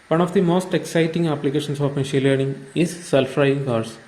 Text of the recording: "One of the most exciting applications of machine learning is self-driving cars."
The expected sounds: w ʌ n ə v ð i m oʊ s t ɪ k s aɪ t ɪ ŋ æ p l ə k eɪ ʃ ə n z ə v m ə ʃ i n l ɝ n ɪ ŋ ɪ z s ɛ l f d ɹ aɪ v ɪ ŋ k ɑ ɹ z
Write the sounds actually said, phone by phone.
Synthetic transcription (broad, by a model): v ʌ n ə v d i m oʊ s t ɪ k s aɪ t ɪ ŋ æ p l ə k eɪ ʃ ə n s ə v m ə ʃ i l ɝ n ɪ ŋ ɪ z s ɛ l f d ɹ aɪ ɪ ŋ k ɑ ɹ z